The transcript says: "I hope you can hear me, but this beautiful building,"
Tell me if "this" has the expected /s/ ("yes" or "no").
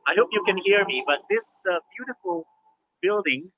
yes